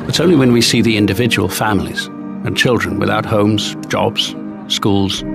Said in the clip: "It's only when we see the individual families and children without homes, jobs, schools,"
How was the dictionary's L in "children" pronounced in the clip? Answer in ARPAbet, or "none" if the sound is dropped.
L